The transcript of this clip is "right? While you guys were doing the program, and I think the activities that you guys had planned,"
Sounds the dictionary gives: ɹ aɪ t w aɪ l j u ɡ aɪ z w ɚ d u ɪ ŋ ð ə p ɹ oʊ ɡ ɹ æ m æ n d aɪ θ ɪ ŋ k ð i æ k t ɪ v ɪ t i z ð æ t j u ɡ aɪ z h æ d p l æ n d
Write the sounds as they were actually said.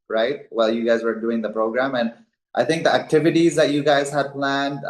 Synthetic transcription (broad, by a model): ɹ aɪ t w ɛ l j u ɡ aɪ z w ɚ d u ɪ ŋ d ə p ɹ oʊ ɡ ɹ æ m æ n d aɪ t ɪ ŋ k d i æ k t ɪ v ɪ t i z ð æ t j u ɡ aɪ z h æ d p l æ n d